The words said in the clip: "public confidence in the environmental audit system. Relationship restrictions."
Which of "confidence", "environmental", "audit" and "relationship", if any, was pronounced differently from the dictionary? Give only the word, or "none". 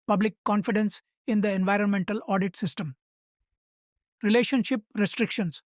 none